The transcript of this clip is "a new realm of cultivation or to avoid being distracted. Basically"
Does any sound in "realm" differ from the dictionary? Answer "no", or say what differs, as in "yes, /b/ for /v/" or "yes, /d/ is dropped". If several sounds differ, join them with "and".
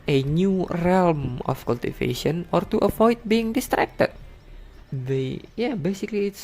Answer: no